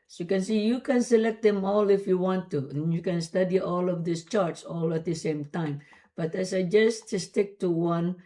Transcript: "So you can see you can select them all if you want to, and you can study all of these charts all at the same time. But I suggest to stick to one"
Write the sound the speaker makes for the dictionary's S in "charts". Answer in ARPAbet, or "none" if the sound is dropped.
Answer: S